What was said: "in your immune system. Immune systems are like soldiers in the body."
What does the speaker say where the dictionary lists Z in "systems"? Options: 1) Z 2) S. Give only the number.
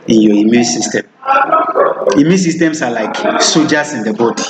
2